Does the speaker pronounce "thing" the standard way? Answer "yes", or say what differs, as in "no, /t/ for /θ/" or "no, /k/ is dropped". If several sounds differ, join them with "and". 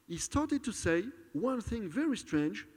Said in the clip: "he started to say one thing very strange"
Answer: yes